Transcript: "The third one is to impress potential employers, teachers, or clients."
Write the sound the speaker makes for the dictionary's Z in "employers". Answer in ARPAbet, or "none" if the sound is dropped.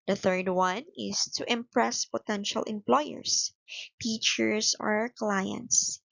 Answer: S